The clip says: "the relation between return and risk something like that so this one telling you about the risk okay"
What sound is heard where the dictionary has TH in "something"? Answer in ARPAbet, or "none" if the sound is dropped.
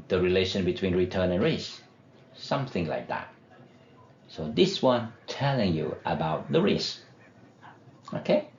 TH